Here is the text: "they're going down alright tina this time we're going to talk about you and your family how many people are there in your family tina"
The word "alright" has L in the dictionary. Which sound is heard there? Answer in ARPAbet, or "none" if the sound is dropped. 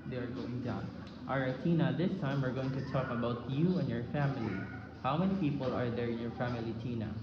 none